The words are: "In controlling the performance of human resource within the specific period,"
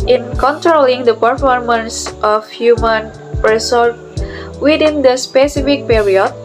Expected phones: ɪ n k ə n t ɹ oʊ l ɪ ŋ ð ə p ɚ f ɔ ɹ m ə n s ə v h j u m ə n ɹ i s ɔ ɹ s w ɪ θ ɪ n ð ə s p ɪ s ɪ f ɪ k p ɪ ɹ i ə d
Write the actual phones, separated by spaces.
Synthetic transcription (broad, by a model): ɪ n k ə n t ɹ oʊ l ɪ ŋ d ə p ɚ f ɔ ɹ m ə n s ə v h j u m ə n ɹ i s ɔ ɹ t w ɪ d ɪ n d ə s p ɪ s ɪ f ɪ k p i ɹ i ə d